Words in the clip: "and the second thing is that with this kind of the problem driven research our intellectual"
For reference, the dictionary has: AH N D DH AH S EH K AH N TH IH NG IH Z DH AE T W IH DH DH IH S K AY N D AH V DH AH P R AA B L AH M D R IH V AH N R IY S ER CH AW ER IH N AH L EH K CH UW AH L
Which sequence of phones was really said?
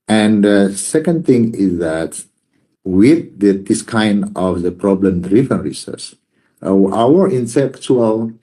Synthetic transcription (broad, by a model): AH N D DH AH S EH K AH N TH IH NG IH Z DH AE T W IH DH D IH S K AY N D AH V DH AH P R AA B L AH M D R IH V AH N R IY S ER S AW ER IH N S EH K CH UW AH L